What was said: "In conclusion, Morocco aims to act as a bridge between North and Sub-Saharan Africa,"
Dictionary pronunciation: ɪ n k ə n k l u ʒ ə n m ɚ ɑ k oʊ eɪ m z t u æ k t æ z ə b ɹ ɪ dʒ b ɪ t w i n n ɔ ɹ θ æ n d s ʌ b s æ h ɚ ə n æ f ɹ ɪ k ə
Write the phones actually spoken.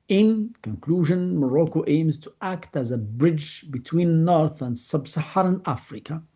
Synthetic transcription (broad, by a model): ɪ n k ə n k l u ʒ ə n m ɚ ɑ k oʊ eɪ m z t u æ k t æ z ə b ɹ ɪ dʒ b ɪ t w i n n ɔ ɹ θ æ n d s ʌ b s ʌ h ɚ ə n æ f ɹ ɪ k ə